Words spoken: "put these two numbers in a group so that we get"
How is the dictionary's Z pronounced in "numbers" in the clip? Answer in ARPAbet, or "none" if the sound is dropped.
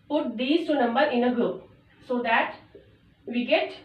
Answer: none